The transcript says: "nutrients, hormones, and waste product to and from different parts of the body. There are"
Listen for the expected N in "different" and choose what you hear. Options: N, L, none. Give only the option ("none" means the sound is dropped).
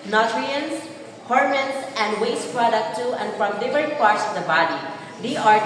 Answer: none